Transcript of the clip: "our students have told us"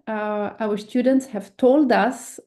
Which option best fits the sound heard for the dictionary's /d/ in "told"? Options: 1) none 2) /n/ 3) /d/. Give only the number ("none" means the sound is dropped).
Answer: 3